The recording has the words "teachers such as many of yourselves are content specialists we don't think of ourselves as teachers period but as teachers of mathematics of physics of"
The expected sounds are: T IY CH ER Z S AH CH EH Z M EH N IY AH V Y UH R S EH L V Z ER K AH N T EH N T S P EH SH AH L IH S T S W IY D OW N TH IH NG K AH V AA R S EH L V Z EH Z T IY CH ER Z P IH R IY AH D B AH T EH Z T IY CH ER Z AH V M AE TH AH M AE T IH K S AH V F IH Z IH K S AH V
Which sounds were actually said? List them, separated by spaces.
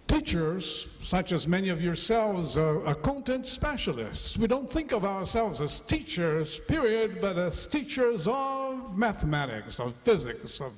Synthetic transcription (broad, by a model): T IY CH ER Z S AH CH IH Z M EH N IY AH V Y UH R S EH L V Z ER K AH N T EH N T S P EH SH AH L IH S T S W IY D OW N TH IH NG K AH V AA R S EH L V Z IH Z T IY CH ER Z P IH R IY AH D B AH T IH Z T IY CH ER Z AH V M AE TH AH M AE T IH K S AH V F IH Z IH K S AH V